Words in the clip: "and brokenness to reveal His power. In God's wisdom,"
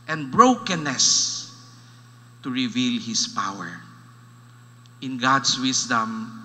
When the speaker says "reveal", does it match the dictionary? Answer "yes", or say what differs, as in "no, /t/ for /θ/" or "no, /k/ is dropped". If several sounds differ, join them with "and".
yes